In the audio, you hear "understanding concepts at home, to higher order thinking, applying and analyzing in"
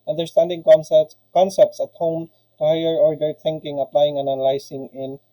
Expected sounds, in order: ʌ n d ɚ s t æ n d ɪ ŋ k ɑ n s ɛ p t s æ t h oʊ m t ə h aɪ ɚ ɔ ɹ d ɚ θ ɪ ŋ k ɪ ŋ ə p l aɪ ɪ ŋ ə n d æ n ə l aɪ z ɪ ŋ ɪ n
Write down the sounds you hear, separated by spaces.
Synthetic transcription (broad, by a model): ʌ n d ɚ s t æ n d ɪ ŋ k ɑ n s ɛ p t s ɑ t h oʊ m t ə h aɪ ɚ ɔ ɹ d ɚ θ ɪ ŋ k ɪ ŋ ə p l aɪ ɪ ŋ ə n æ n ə l aɪ s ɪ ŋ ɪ n